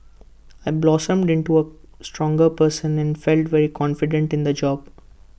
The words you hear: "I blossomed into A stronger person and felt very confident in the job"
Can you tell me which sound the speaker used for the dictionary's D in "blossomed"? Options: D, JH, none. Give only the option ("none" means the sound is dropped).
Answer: D